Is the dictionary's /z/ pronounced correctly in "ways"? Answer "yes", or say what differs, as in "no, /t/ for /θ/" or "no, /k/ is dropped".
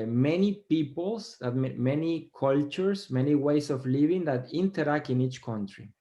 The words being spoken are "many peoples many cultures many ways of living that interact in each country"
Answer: no, /s/ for /z/